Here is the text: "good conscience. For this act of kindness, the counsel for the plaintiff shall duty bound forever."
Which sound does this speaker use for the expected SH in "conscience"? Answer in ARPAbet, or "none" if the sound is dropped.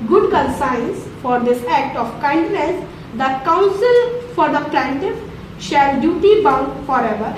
S